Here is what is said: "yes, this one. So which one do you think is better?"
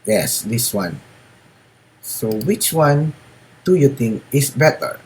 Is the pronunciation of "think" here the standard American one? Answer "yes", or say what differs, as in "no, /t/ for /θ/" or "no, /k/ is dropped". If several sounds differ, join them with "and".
no, /t/ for /θ/